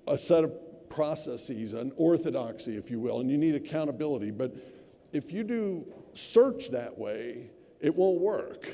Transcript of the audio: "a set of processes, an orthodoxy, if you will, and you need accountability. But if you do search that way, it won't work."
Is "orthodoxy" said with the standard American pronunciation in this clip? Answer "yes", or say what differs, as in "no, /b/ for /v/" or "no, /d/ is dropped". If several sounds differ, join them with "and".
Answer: yes